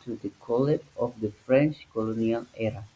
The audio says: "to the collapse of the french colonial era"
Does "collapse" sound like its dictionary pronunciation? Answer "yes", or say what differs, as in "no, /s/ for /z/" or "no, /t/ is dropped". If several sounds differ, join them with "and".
no, /s/ is dropped